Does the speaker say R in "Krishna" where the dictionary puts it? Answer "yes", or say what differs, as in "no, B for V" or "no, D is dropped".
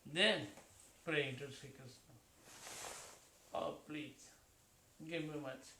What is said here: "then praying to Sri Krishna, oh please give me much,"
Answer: no, R is dropped